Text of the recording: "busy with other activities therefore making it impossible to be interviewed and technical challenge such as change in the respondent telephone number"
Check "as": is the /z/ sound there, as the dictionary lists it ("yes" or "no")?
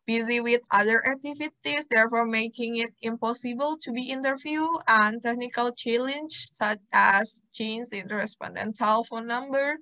no